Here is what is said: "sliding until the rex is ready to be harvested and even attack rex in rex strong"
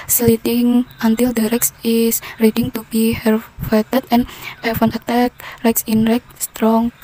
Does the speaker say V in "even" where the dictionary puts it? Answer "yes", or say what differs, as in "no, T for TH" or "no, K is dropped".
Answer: no, F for V